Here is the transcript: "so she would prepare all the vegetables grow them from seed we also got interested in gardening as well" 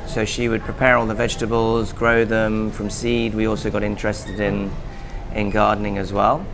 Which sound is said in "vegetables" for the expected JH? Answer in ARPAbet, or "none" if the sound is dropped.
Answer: JH